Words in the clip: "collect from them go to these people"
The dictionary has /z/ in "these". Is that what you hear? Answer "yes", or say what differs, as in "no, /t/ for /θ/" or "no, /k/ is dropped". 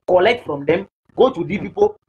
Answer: no, /z/ is dropped